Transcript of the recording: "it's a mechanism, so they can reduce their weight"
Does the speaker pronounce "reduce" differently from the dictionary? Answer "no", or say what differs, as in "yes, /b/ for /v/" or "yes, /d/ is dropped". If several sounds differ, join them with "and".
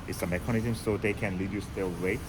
yes, /l/ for /ɹ/